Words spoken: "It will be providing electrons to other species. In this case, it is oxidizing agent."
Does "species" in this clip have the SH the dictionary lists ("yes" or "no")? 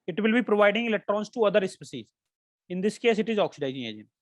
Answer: no